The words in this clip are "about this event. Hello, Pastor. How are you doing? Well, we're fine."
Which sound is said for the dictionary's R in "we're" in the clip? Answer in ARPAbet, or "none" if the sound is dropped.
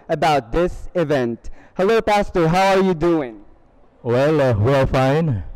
L